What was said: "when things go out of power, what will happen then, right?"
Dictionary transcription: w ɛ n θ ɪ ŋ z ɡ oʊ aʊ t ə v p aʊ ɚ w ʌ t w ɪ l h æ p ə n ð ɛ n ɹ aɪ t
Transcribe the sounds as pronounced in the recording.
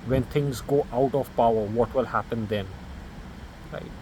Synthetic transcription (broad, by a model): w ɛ n θ ɪ ŋ z ɡ oʊ aʊ t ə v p aʊ ɚ w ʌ t w ɪ l h æ p ə n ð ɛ n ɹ aɪ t